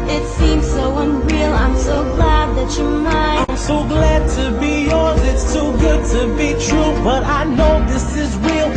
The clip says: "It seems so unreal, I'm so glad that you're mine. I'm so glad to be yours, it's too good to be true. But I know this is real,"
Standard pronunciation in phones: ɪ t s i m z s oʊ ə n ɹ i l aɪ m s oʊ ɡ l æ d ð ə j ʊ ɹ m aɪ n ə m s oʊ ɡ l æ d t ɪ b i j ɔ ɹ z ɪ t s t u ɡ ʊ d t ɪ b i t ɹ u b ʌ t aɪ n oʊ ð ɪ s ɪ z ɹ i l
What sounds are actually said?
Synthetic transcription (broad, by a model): ɪ t s i m z s oʊ ə n ɹ i l aɪ m s oʊ ɡ l æ d ð ə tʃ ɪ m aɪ ə m s oʊ ɡ l æ d t ɪ b i j ɔ ɹ z ɪ t s t u ɡ ʊ d t ɪ b i t ɹ u b ʌ t aɪ n oʊ ð ɪ s ɪ z ɹ i l